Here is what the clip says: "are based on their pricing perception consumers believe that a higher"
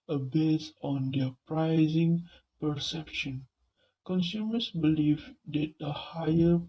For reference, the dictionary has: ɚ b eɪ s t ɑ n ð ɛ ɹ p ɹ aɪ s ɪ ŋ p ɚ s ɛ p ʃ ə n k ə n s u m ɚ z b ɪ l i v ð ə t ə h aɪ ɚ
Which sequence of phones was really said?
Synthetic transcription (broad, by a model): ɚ b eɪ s ɑ n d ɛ p ɹ aɪ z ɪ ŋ p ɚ s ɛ p ʃ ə n k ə n s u m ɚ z b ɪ l i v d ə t ə h aɪ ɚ